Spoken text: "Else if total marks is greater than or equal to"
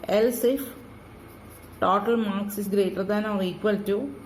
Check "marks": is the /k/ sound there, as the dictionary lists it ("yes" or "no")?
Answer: yes